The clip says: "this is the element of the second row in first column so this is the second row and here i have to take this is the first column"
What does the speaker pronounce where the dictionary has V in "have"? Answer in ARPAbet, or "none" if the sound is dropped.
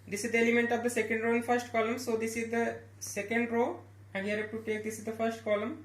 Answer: P